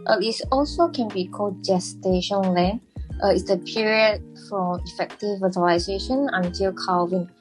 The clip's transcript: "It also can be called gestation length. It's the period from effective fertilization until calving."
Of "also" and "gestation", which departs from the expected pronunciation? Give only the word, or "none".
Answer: none